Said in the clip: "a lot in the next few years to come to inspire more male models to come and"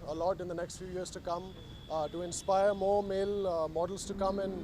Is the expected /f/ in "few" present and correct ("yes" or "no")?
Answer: yes